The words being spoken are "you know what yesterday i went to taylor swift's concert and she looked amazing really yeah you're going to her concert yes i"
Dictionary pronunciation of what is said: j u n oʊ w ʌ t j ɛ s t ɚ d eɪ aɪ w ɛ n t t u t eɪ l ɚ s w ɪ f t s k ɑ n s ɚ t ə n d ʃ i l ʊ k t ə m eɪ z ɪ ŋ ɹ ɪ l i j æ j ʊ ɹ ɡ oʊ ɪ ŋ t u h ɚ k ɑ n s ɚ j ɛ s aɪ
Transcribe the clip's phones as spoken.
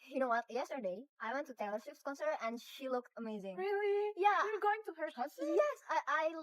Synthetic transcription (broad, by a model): j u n oʊ w ʌ t j ɛ s t ɚ d eɪ aɪ w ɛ n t t u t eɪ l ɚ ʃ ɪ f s k ɑ n s ɚ t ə n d ʃ i l ʊ k t ə m eɪ z ɪ ŋ ɹ ɪ l i j æ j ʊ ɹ ɡ oʊ ɪ ŋ t u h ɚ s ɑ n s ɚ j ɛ s aɪ